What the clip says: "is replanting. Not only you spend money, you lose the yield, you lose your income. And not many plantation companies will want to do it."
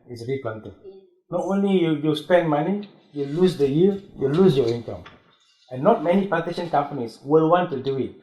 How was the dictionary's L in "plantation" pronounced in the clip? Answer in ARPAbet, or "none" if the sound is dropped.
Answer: none